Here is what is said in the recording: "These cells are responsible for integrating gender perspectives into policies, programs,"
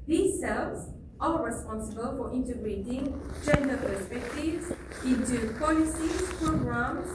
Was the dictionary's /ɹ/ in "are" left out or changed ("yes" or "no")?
yes